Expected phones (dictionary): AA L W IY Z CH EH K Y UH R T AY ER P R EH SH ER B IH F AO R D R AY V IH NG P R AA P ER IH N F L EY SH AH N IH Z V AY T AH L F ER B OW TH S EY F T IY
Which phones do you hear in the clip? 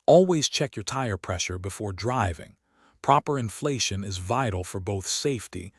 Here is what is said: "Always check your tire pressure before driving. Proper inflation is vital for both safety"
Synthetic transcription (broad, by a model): AA L W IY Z CH EH K Y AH R T AY ER P R EH SH ER B IH F AO R D R AY V IH NG P R AA P ER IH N F L EY SH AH N IH Z V AY T L F ER B OW TH S EY F T IY